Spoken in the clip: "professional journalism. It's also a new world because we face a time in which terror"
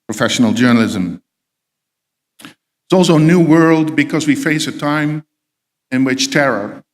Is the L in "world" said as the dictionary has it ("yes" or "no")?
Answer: yes